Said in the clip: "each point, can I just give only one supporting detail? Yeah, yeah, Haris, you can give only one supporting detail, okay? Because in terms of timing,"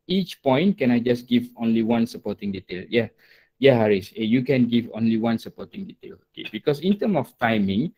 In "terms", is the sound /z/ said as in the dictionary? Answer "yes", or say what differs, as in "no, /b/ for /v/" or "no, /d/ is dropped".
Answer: no, /z/ is dropped